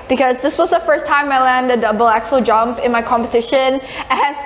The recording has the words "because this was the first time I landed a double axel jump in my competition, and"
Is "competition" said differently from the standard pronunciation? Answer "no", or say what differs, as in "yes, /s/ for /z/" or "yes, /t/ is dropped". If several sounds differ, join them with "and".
no